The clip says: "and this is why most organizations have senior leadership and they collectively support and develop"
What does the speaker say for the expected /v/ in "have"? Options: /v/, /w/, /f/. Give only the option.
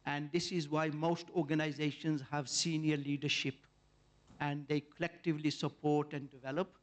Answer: /v/